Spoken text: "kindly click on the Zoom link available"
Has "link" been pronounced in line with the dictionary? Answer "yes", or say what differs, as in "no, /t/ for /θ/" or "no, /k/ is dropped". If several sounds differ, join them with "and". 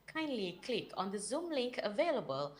yes